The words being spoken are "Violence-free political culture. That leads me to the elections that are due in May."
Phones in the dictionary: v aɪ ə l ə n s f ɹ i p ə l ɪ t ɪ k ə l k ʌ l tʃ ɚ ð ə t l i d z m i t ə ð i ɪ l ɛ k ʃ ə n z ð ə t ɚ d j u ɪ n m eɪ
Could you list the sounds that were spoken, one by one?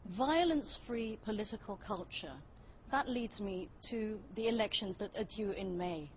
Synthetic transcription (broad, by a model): v aɪ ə l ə n s f ɹ i p ə l ɪ t ɪ k ə l k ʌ l tʃ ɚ ð ə t l i d z m i t ə ð i ɪ l ɛ k ʃ ə n z ð ə t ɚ d j u ɪ n m eɪ